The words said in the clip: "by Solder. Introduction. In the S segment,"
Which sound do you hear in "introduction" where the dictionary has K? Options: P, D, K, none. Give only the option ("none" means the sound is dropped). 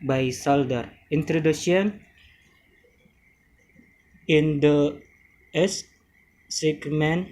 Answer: none